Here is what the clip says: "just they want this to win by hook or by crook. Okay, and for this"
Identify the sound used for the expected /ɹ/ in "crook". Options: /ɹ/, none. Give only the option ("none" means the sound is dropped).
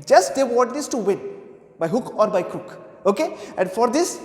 none